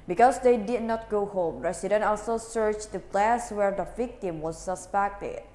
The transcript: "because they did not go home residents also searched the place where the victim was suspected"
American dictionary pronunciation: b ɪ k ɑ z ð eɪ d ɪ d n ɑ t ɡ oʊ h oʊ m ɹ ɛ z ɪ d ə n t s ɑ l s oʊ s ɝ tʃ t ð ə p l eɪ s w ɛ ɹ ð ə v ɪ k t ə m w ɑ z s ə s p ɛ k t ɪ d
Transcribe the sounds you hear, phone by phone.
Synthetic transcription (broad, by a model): b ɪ k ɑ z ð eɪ d ɪ d n ɑ t ɡ oʊ h oʊ m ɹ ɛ s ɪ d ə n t ɑ l s oʊ s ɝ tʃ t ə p l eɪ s w ɛ ɹ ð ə v ɪ k t ə m w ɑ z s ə s p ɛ k t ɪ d